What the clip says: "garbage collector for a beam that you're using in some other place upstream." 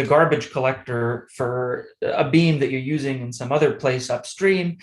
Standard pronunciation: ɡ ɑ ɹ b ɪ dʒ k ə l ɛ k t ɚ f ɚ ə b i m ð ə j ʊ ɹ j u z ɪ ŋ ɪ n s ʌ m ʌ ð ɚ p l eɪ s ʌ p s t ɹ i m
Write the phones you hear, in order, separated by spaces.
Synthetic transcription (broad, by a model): ɡ ɑ ɹ b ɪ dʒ k ə l ɛ k t ɚ f ɚ ə b i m ð ə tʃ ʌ ɹ j u z ɪ ŋ ɪ n s ʌ m ʌ ð ɚ p l eɪ s ʌ p s t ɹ i m